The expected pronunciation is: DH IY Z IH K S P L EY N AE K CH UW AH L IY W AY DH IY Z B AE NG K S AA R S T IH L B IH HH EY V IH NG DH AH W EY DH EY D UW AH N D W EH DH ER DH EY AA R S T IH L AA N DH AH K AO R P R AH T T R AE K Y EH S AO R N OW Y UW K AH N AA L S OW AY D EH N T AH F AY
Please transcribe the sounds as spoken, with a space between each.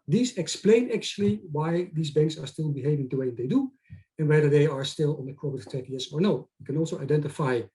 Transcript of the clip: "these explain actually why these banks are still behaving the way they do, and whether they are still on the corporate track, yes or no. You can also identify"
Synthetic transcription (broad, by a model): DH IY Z IH K S P L EY N AE K CH UW AH L IY W AY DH IY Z B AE NG K S AA R S T IH L B IH HH EY V IH NG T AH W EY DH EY D UW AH N W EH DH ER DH EY AA R S T IH L AA N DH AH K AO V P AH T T IY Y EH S AO R N OW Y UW K AH N AA L S OW AY D EH N T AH F AY